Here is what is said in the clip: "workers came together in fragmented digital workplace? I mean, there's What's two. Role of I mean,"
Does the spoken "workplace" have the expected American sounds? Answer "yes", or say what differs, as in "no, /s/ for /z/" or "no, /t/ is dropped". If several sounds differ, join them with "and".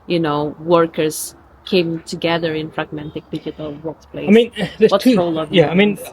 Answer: no, /s/ is dropped